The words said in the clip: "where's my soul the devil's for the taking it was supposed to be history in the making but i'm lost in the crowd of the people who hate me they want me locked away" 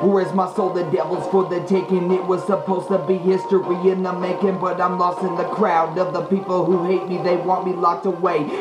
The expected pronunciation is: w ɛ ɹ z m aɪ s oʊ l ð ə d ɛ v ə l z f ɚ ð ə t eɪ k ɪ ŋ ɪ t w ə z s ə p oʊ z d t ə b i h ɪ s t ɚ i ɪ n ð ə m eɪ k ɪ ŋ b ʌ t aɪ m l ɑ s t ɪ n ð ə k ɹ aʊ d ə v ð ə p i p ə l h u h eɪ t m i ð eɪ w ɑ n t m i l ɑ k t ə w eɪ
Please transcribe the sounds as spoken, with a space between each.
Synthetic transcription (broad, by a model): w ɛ ɹ z m aɪ s oʊ l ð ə d ɛ v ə l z f ɚ ð ə t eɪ k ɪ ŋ ɪ t w ə z s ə p oʊ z t ə b i h ɪ s t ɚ i ɪ n ð ə m eɪ k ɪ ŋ b ʌ t aɪ m l ɑ s t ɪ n ð ə k ɹ aʊ d ə v ð ə p i p l h u h eɪ t m i ð eɪ w ɑ n t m i l ɑ k t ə w eɪ